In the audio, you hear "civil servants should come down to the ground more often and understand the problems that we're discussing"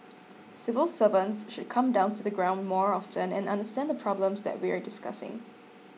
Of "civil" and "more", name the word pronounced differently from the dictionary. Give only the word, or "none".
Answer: none